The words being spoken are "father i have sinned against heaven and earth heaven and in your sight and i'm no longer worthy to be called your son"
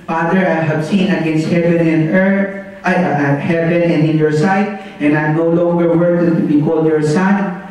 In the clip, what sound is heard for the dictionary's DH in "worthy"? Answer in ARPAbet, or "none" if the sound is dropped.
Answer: none